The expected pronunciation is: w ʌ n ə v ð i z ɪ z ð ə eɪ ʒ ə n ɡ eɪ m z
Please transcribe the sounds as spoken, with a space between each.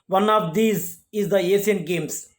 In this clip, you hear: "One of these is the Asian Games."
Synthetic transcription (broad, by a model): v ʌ n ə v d i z ɪ z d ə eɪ s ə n ɡ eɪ m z